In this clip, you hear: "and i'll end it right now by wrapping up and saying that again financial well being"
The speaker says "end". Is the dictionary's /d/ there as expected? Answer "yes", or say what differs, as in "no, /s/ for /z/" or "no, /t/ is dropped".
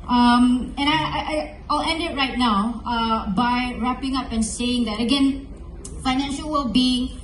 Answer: yes